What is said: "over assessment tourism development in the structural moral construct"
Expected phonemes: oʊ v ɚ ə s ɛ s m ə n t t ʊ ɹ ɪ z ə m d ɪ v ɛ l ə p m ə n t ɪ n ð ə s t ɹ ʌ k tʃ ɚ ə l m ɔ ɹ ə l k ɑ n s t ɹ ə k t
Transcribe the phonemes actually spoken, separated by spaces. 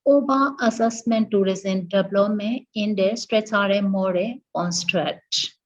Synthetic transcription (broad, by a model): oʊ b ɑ ə s ɛ s m ə n t t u ɹ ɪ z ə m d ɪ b l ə m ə ɪ n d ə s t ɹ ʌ tʃ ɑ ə m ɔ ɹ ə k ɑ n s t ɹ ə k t